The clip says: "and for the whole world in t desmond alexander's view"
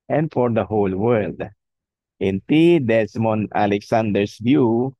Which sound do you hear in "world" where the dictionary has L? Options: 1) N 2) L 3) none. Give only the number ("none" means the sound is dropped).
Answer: 2